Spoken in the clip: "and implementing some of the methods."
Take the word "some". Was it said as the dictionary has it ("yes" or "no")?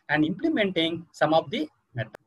yes